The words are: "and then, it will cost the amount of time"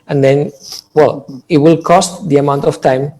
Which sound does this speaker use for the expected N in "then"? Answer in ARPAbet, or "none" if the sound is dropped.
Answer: L